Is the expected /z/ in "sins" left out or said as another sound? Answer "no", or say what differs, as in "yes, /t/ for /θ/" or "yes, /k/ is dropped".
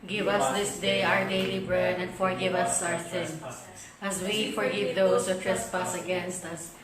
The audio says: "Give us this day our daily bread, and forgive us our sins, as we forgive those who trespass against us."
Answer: yes, /z/ is dropped